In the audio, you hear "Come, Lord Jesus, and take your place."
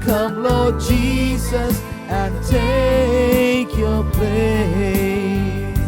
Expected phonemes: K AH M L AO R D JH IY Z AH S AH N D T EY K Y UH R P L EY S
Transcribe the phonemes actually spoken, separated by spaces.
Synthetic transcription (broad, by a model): K AH M L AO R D JH IY Z AH S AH N T EY K Y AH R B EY